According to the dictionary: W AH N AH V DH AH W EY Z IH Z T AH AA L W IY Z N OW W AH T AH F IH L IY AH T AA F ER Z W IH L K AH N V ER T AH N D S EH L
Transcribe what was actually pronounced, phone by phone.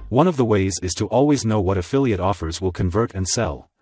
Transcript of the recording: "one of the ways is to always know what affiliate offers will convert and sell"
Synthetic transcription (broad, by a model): W AH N AH V DH AH W EY Z IH Z T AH AA L W IY Z N OW W AH T AH F IH L IY AH T AA F ER Z W IH L K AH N V ER T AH N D S EH L